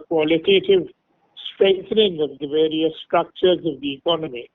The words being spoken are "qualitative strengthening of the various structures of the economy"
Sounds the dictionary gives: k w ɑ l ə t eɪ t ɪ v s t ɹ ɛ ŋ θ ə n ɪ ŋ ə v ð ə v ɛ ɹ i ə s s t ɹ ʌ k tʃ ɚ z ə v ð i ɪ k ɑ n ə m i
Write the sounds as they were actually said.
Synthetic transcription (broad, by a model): k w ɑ l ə t eɪ t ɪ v s t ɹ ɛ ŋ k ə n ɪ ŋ ə v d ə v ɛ ɹ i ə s s t ɹ ʌ k tʃ ɚ z ə v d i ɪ k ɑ n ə m i